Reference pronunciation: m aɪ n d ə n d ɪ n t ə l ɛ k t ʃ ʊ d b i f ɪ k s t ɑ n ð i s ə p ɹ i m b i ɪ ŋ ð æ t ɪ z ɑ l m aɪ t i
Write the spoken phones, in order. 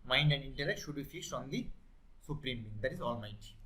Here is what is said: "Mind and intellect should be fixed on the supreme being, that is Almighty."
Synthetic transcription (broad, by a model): m aɪ n d ə n d ɪ n t ə l ɛ k t ʃ ʊ d b i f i s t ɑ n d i s ə p ɹ i m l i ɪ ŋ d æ t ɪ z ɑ l m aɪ t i